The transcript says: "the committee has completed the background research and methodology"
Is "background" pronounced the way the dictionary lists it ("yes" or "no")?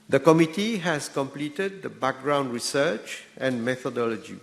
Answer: yes